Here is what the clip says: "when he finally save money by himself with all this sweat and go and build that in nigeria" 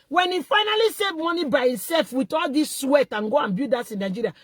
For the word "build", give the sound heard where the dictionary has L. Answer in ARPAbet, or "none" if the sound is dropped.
none